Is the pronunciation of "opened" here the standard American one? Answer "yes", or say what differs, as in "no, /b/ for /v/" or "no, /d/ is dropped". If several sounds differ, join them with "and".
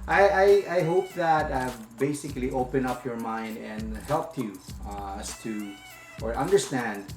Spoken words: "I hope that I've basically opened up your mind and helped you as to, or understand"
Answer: no, /d/ is dropped